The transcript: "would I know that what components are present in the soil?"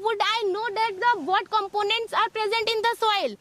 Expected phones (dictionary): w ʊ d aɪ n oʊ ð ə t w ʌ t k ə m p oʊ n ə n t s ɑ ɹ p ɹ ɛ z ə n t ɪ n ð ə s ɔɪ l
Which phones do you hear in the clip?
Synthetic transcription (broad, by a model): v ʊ d aɪ n oʊ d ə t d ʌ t k ə m p oʊ n ə n t s ɑ ɹ p ɹ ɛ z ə n t ɪ n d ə s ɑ l